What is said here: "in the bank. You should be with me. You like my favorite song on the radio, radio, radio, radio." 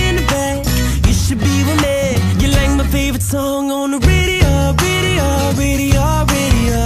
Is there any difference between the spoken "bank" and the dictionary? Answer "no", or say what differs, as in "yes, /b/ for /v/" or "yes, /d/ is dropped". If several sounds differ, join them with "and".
yes, /ŋ/ is dropped